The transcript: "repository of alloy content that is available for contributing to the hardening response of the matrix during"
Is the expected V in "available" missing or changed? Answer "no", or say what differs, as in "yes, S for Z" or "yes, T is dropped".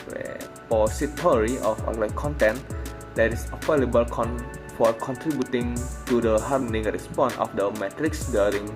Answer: yes, F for V